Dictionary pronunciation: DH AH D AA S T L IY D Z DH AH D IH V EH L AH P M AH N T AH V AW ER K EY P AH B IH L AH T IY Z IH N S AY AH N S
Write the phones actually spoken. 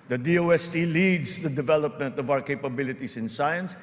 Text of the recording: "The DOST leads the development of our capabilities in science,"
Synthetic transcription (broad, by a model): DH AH D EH S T L IY D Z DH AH D IH V EH L AH P M AH N T AH V AW ER K EY P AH B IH L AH T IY S IH N S AY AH N S